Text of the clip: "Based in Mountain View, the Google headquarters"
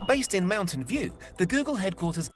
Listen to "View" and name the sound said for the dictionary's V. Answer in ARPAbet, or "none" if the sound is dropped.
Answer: V